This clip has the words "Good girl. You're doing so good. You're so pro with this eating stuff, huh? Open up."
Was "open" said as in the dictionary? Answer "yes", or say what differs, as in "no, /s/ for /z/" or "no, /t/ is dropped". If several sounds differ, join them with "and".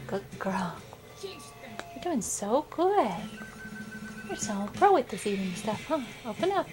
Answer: yes